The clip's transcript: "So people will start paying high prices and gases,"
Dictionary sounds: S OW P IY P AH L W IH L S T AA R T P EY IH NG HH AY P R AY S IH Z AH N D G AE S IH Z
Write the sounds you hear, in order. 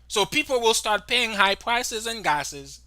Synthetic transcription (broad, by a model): S OW P IY P L W IH L S T AA R T P EY IH NG HH AY P R AY S IH Z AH N G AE S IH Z